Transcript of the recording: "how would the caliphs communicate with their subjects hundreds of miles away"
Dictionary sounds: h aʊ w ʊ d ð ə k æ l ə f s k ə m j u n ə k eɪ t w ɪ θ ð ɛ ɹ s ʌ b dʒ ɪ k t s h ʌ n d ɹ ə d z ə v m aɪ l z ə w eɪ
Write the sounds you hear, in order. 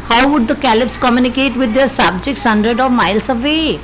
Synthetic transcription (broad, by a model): h aʊ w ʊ d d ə k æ l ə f s k ə m j u n ə k eɪ t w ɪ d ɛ ɹ s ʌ b dʒ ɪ k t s h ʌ n d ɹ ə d ə v m aɪ l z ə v eɪ